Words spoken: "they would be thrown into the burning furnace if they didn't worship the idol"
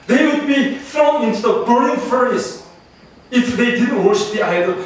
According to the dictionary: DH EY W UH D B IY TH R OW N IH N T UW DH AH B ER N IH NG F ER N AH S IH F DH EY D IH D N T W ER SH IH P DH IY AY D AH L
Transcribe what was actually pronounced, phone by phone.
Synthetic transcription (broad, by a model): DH EY W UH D B IY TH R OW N IH N T UW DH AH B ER IH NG F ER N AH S IH F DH EY D IH D N T W ER SH IH P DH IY AY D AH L